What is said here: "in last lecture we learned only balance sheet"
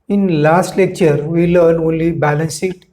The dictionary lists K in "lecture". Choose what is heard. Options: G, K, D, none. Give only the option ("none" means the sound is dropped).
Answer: K